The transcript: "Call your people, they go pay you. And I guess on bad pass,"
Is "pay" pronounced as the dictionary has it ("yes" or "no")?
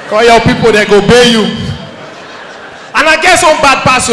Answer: no